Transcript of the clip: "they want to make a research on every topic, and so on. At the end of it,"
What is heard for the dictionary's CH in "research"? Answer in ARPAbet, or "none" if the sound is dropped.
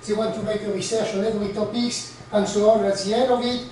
SH